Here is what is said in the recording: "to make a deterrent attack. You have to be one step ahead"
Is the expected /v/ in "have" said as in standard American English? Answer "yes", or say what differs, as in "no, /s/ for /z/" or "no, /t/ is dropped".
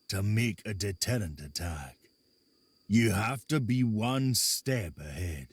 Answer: no, /f/ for /v/